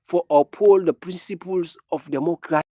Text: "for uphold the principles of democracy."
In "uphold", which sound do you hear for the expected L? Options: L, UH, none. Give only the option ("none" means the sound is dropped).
L